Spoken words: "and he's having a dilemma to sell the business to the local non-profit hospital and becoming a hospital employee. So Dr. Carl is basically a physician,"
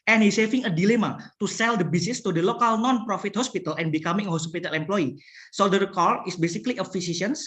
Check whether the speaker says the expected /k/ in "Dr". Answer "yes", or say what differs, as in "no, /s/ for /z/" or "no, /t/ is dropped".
no, /k/ is dropped